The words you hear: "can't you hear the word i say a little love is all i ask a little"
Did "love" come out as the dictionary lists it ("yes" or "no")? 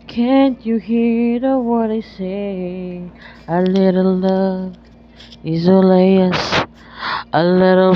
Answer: no